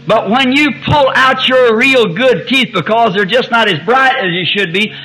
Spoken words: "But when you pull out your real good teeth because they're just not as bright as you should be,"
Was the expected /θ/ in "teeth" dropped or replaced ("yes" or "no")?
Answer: no